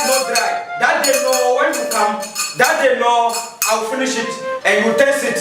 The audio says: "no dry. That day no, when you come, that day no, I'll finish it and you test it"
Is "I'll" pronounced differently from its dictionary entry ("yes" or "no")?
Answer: yes